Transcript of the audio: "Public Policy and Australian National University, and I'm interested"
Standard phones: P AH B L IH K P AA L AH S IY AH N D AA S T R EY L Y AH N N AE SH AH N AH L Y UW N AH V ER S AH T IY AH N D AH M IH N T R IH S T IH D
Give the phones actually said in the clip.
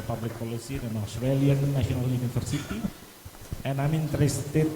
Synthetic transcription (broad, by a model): P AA B L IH K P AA L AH S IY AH N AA S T R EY L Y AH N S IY AH N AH L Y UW N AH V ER S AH T IY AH N AH M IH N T R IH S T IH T